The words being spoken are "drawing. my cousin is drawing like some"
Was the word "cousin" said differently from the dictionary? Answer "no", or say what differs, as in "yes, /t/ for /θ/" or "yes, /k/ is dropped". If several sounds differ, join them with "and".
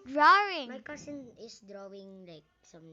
yes, /s/ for /z/